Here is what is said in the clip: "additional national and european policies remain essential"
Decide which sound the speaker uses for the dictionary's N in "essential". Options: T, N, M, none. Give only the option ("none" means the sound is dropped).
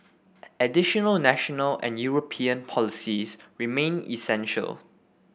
N